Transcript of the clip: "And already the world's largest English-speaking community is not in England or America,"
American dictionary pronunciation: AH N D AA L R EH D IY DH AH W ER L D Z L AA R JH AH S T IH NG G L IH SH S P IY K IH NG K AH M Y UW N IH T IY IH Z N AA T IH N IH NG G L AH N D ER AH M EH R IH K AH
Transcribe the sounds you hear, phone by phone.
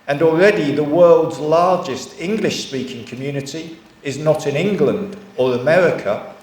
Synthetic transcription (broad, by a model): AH N AA L R EH D IY DH AH W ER L D Z L AA R JH AH S T IH NG G L IH SH S P IY K IH NG K AH M Y UW N IH T IY IH Z N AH T IH N IH NG G L AH N D ER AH M EH R IH K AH